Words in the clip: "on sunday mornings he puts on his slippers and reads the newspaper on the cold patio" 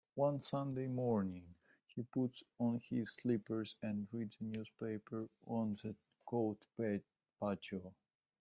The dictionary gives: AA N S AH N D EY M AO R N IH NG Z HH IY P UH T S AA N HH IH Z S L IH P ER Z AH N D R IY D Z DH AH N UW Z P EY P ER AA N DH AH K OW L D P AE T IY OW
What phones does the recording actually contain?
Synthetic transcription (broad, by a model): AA N S AH N D EY M AO R N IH NG HH IY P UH T S AA N HH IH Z S L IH P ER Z AH N D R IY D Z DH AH N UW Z P EY P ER AA N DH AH K OW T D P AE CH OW